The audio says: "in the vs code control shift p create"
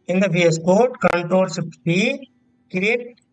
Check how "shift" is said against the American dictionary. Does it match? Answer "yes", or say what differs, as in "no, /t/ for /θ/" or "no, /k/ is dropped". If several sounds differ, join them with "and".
no, /p/ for /f/